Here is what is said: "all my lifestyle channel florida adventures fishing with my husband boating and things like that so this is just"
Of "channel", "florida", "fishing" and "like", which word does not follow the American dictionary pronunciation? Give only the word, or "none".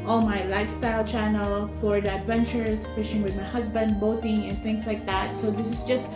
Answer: florida